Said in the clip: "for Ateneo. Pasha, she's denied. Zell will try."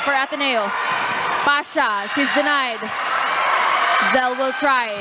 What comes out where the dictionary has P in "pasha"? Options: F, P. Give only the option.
F